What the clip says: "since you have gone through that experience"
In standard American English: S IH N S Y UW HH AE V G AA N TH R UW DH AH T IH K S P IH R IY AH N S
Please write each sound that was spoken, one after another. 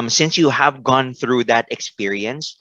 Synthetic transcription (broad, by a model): S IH N S Y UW HH AE V G AA N TH R UW DH AH T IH K S P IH R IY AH N S